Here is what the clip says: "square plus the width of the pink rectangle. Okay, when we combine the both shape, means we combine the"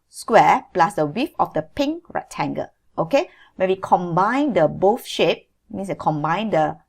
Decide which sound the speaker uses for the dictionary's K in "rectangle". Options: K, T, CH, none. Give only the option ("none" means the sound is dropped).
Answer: none